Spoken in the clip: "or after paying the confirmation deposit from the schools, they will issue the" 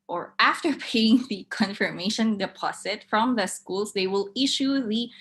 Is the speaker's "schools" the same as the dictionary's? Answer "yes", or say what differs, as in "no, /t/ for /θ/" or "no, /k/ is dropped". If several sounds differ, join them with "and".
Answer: no, /s/ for /z/